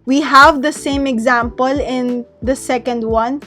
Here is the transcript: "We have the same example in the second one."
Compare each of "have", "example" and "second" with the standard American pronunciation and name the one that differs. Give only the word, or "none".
none